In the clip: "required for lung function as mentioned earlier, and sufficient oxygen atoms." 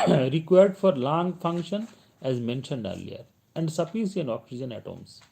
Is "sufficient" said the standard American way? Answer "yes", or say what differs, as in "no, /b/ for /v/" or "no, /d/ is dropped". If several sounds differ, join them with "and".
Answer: no, /s/ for /ʃ/ and /t/ is dropped